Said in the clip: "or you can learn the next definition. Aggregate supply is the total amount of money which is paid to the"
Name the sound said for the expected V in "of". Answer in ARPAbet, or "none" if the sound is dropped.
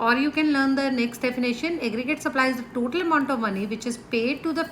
V